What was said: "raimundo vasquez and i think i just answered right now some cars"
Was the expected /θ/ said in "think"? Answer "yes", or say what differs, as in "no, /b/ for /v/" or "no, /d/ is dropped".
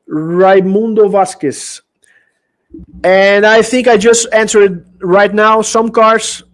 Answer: yes